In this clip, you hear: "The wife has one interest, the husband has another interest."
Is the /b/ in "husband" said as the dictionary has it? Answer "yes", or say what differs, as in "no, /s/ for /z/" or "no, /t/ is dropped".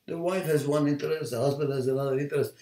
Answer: yes